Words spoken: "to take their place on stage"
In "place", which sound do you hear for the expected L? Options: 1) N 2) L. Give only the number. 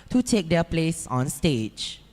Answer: 2